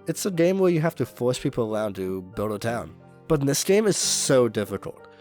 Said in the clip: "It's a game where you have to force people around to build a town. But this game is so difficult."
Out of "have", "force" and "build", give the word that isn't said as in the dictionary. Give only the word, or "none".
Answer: have